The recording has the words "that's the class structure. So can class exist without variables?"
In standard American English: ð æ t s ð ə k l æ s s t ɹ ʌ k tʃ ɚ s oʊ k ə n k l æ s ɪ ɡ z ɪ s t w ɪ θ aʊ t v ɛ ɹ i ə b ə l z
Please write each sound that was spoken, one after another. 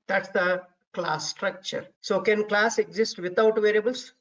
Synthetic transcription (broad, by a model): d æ t s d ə k l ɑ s s t ɹ ʌ k tʃ ɚ s oʊ k ə n k l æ s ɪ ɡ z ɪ s t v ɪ t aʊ t v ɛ ɹ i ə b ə l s